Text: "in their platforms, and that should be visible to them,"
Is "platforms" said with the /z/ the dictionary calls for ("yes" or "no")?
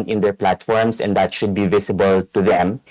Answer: no